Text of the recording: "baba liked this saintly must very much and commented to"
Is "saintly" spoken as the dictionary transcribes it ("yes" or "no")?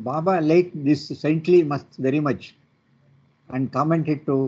yes